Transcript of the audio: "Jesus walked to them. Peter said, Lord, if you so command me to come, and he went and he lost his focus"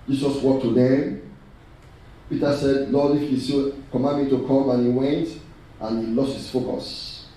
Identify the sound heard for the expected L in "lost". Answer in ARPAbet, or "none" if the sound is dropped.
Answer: L